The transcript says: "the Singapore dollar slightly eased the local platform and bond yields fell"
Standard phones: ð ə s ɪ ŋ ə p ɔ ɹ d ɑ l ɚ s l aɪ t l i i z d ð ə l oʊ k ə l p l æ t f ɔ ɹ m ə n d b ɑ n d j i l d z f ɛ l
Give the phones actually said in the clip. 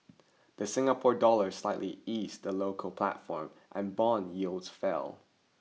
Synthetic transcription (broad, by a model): ð ə s ɪ ŋ ə p ɔ ɹ d ɑ l ɚ s l aɪ t l i i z ð ə l oʊ k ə l p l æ t f ɔ ɹ m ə n b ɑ n j i l d z f ɛ l